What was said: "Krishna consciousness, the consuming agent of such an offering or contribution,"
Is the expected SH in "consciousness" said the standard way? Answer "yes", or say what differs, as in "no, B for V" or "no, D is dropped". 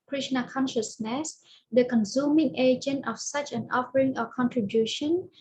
yes